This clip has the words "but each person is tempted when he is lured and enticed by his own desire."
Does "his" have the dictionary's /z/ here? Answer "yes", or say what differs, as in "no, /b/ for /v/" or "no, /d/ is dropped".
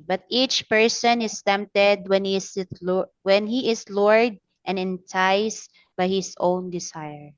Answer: no, /s/ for /z/